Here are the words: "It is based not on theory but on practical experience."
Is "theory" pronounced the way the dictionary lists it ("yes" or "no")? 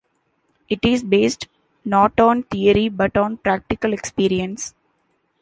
no